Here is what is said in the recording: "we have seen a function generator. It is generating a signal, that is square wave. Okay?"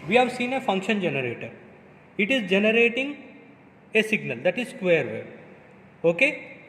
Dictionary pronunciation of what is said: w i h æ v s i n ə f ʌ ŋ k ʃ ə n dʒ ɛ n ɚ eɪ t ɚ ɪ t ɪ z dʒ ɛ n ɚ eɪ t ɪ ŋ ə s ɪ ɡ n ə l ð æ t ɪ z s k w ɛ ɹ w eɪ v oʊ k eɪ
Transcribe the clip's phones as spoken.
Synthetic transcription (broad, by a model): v i h æ v s i n ə f ʌ ŋ k ʃ ə n dʒ ɛ n ɚ eɪ t ɚ ɪ t ɪ z dʒ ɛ n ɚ eɪ t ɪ ŋ ə s ɪ ɡ n ə l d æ t ɪ z s k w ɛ ɹ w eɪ oʊ k eɪ